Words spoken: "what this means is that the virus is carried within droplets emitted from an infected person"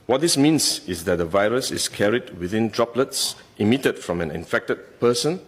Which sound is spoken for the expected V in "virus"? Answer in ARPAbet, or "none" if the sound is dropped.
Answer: V